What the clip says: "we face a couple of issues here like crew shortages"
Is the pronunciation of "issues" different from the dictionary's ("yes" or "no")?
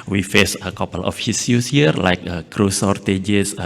yes